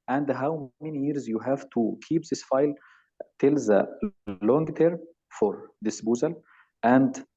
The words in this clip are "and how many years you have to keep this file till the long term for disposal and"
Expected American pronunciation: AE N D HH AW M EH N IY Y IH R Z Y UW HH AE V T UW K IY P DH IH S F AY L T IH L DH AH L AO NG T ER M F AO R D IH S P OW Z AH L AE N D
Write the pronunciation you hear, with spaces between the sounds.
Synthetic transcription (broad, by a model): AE N D HH AW M EH N IY Y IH R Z Y UW HH AE V T UW K IY P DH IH S F AY L T IH L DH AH L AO NG T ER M F AO R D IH S B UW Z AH L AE N D